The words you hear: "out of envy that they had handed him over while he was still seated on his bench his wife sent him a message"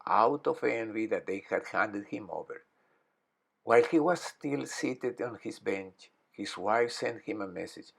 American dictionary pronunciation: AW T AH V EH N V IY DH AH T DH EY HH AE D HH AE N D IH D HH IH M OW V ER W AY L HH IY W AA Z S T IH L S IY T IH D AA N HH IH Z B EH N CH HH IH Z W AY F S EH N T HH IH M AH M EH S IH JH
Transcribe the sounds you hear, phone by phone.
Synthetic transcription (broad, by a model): AW T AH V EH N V IY DH AH T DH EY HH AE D HH AE N D IH D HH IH M OW V ER W AY L HH IY W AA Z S T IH L S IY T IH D AA N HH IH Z B EH N CH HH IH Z W AY F S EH N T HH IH M AH M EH S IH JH